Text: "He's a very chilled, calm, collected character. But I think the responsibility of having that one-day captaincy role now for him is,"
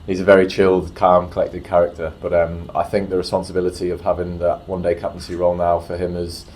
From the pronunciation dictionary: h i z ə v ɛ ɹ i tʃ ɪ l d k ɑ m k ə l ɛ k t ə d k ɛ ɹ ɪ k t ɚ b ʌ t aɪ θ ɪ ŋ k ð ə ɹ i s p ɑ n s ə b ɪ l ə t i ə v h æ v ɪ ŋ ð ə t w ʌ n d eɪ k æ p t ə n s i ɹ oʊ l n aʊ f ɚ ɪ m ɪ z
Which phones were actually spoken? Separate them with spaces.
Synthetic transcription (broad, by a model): h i z ə v ɛ ɹ i tʃ ɪ l d k ɑ m k ə l ɛ k t ə d k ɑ ɹ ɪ k t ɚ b ʌ t aɪ θ ɪ ŋ k ð ə ɹ i s p ɑ n s ə b ɪ l ə t i ə v h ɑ v ɪ ŋ ð ə t w ʌ n d eɪ k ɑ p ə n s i ɹ oʊ l n aʊ f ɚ ɪ m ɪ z